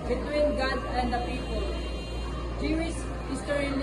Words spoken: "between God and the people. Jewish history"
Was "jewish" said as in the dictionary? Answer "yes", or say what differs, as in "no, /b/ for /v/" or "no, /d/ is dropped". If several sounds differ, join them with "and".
no, /s/ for /ʃ/